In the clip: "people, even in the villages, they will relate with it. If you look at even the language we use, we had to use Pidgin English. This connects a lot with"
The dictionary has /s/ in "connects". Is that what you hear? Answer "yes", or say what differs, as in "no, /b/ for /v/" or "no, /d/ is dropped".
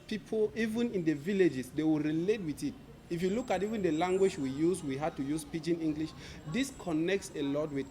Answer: yes